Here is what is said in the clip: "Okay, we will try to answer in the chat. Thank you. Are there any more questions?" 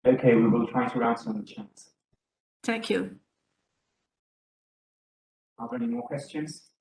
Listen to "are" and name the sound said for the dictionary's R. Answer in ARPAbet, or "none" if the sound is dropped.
L